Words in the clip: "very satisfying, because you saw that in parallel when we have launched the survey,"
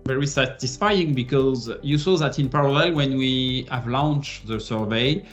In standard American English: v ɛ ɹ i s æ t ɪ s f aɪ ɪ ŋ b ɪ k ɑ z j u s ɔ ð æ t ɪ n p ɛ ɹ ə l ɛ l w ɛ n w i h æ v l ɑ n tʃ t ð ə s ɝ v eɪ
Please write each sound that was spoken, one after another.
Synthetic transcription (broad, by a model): v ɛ ɹ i s æ t ɪ s f aɪ ɪ ŋ b ɪ k ɑ z j u s ɔ ð æ t ɪ n p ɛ ɹ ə l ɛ l w ɛ n w i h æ v l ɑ n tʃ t ð ə s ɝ v eɪ